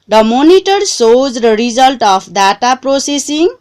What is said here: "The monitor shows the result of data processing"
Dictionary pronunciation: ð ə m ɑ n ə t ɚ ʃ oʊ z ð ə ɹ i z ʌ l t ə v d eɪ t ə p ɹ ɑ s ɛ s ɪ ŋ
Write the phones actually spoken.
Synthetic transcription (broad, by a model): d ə m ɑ n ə t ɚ s oʊ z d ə ɹ i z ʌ l t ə p d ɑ t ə p ɹ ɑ s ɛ s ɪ ŋ